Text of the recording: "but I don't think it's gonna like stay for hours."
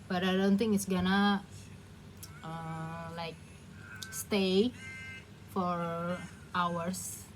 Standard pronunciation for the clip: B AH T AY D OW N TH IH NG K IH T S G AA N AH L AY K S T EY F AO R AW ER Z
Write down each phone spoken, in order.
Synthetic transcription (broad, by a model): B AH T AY D OW N T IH NG IH T S G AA N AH L AY K S T EY F AO R AW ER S